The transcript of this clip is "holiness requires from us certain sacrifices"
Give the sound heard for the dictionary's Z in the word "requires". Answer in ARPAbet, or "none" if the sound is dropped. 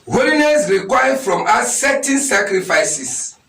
none